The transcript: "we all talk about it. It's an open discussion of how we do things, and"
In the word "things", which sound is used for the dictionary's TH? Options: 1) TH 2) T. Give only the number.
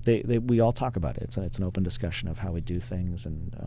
1